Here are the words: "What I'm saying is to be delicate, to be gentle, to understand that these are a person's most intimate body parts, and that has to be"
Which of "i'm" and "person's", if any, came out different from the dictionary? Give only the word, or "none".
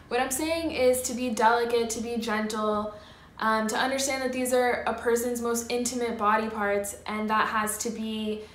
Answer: none